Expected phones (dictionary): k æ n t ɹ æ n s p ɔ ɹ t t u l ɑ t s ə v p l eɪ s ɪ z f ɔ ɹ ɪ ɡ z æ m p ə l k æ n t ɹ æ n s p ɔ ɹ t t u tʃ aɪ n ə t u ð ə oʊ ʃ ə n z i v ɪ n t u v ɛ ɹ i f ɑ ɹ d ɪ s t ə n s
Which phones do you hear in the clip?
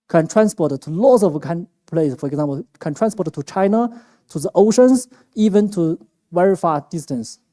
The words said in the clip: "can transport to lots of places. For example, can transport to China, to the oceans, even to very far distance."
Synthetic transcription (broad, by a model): k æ n t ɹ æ n s p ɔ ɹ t t u l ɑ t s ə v p l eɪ ɪ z f ɔ ɹ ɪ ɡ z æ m p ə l k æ n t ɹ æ n s p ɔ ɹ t t u tʃ aɪ n ə t u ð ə oʊ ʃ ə n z i v ɪ n t u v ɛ ɹ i f ɑ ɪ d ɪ s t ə n s